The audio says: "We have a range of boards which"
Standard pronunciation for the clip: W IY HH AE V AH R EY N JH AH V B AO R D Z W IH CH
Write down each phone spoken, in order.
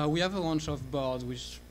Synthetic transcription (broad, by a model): W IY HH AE V AH W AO N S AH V B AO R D W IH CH